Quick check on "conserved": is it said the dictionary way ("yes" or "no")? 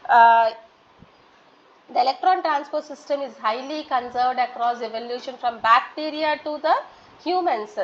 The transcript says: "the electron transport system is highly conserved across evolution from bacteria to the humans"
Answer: yes